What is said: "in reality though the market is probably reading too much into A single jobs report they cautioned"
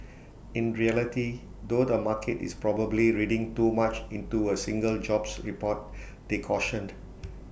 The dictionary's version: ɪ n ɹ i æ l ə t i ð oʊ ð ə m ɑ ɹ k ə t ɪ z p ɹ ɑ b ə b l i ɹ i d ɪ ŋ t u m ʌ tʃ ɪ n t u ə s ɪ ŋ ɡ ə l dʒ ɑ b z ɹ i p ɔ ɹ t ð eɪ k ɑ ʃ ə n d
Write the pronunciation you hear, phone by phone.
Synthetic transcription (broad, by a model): ɪ n ɹ i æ l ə t i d oʊ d ə m ɑ k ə t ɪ s p ɹ ɑ b ə b l i ɹ i d ɪ ŋ t u m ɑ tʃ ɪ n t u ə s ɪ ŋ ɡ ə l dʒ ɑ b s ɹ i p ɔ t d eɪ k ɑ ʃ ə n d